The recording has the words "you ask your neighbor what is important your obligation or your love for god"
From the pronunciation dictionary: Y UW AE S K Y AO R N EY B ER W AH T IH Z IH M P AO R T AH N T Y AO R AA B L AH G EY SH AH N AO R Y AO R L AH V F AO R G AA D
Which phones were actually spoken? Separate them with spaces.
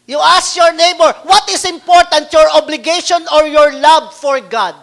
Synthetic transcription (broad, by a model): Y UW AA S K Y AO R N EY B ER W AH T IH S IH M P AO R T AH N T Y AO R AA B L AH G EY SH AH N AO R Y AO R L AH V F AO R G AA D